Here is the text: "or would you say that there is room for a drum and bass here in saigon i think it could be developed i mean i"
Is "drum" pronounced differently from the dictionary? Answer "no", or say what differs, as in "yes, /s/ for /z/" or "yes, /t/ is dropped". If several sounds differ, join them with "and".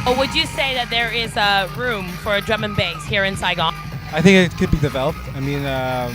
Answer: no